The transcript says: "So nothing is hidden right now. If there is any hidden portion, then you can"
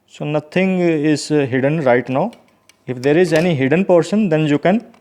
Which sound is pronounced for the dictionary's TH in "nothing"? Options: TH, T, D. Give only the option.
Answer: T